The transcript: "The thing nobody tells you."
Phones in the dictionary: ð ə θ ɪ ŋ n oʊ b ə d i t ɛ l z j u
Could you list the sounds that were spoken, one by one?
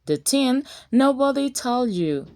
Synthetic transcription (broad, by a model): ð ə t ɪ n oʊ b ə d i t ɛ l j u